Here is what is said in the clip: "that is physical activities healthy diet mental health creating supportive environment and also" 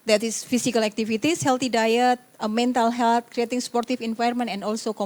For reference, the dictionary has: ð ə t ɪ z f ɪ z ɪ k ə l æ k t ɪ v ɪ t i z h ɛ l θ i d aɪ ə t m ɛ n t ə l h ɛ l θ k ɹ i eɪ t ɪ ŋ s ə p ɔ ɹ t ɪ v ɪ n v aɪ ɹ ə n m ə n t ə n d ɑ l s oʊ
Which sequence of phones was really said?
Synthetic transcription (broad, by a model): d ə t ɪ s f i s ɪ k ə l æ k t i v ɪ t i s h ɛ l t i d aɪ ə t m ɛ n t ə l h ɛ l t k ɹ i eɪ t ɪ ŋ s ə p ɔ ɹ t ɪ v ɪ n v aɪ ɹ m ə n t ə n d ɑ l s oʊ